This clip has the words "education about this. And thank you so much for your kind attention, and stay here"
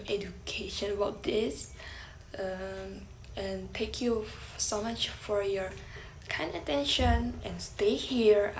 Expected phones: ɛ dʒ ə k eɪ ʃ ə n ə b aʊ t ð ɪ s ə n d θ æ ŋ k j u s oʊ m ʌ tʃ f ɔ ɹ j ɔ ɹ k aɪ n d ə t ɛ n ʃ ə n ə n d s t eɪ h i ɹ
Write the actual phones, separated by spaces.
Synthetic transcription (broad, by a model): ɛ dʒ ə k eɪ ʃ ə n ə b aʊ t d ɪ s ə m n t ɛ k j u s oʊ m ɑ tʃ f ɔ ɹ j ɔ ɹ k aɪ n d ə t ɛ n ʃ ə n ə n s t eɪ h i ɹ